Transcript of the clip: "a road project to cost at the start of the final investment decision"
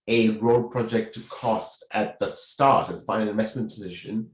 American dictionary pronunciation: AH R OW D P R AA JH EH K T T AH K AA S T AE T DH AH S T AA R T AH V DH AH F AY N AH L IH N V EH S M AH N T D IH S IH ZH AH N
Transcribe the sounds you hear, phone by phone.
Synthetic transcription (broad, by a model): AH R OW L P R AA JH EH K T T AH K AA S T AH T DH AH S T AA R T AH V F AY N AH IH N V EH S M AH N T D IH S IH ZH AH N